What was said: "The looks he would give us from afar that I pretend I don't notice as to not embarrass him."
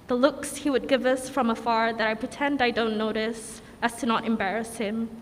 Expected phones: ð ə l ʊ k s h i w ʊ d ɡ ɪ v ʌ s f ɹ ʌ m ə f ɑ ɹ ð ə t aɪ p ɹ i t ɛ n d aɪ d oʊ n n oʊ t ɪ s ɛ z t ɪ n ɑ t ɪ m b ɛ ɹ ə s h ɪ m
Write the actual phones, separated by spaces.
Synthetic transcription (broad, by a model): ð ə l ʊ k s h i w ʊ d ɡ ɪ v ʌ s f ɹ ʌ m ə f ɑ ɹ ð ə t aɪ p ɹ i t ɛ n d aɪ d oʊ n n oʊ t ɪ s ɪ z t ɪ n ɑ t ɪ m b ɛ ɹ ə s h ɪ m